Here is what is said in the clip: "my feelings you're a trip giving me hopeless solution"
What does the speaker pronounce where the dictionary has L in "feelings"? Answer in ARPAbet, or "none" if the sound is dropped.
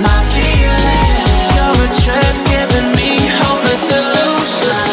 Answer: none